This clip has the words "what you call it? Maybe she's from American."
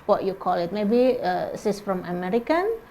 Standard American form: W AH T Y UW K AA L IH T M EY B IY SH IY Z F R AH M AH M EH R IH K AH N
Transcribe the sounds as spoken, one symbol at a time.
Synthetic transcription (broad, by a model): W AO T Y UW K AA L IH T M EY B IY S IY S F R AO M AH M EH R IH K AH N